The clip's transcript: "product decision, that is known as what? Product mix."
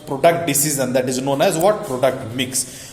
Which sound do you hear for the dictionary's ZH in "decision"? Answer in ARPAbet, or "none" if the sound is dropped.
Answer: Z